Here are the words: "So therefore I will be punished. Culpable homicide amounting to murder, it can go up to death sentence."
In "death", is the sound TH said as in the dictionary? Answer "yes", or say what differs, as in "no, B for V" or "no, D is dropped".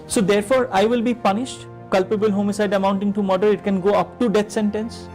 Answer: no, T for TH